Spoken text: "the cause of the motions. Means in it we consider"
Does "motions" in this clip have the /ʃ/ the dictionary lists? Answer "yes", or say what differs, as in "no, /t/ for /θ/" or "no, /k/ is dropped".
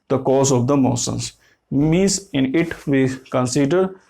no, /s/ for /ʃ/